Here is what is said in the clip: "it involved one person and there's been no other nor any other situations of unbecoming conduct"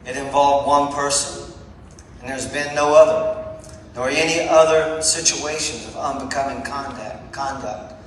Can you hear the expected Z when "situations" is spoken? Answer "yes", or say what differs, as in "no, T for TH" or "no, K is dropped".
yes